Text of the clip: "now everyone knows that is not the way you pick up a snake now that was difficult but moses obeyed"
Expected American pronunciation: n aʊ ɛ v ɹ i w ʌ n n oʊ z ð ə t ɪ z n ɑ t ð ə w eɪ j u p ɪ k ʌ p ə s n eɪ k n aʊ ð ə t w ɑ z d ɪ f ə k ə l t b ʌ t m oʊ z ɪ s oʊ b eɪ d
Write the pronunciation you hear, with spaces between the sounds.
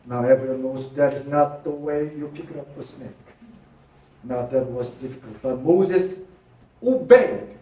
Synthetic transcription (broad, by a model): n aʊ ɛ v ɹ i w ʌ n n oʊ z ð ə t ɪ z n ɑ t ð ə w eɪ j u f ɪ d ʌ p ə s n eɪ k n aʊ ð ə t w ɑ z d ɪ f ə k ə l t b ʌ t m oʊ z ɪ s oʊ b eɪ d